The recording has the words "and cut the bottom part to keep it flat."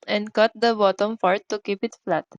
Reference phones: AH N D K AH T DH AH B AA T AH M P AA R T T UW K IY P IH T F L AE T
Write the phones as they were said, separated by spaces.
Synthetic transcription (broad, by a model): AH N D K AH T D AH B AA T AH M F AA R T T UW K IY P IH T F L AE T